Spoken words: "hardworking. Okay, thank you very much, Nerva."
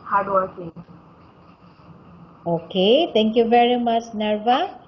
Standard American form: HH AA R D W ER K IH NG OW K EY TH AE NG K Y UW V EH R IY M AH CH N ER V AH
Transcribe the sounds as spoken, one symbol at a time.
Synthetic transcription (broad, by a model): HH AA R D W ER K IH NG OW K EY T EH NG K Y UW V EH R IY M AH CH N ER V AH